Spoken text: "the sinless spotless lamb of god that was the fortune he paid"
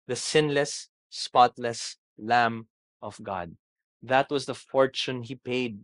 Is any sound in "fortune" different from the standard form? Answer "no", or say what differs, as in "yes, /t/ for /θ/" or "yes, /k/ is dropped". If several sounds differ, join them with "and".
no